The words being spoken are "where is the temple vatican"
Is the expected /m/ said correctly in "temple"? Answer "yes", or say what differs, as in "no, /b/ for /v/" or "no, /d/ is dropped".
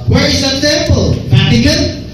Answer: no, /m/ is dropped